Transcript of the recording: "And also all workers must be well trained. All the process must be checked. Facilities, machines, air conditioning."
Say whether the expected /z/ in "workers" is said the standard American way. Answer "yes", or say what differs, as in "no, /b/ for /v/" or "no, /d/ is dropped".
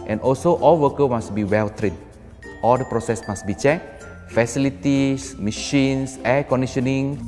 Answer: no, /z/ is dropped